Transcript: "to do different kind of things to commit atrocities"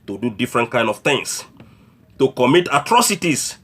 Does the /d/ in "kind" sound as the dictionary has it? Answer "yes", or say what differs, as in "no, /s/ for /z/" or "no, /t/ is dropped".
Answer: yes